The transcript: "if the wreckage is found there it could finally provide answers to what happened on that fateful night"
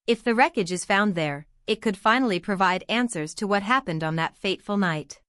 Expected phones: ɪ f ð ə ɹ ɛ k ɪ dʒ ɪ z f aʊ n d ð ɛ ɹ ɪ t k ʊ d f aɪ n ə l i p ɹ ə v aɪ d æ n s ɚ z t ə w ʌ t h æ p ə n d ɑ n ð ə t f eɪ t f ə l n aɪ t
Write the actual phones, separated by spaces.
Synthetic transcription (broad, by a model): ɪ f ð ə ɹ ɛ k ɪ dʒ ɪ z f aʊ n ð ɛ ɹ ɪ t k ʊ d f aɪ n l i p ɹ ə v aɪ d æ n s ɚ z t ə w ʌ t h æ p ə n d n ð ə t f eɪ t f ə l n aɪ t